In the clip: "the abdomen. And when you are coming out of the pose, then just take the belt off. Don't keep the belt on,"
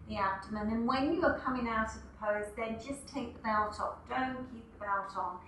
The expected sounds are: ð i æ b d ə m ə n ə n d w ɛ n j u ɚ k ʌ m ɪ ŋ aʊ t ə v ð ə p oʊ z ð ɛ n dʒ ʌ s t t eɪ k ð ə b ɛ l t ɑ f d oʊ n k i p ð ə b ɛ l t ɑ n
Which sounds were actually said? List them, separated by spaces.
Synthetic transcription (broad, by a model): ð i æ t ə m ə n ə n w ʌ n j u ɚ k ʌ m ɪ ŋ aʊ t ə v ð ə p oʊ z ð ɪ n dʒ ʌ s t t eɪ k ð ə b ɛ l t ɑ p d oʊ n k i p ð ə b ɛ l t n